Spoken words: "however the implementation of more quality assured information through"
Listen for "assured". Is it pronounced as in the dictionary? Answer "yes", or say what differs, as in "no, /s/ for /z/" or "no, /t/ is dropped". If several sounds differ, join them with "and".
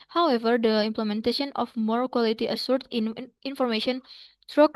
no, /s/ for /ʃ/